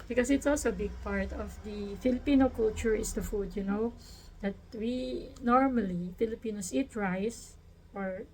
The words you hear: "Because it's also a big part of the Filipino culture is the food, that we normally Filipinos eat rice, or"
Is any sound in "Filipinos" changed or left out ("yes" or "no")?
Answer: yes